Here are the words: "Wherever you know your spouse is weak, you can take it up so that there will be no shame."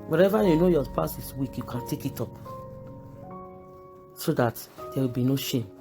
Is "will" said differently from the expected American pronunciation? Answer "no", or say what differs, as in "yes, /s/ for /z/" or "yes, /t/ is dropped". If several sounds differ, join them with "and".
no